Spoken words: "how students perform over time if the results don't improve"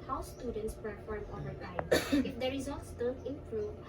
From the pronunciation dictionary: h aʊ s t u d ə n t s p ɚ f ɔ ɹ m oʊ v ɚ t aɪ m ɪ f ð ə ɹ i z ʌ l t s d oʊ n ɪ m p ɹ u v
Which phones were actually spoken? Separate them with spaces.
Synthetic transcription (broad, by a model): h aʊ s t u d ə n t s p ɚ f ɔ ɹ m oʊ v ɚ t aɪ ɪ f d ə ɹ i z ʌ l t s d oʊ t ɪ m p ɹ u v